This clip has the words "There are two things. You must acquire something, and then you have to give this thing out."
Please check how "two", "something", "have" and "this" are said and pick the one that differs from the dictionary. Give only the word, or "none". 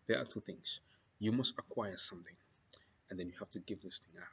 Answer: have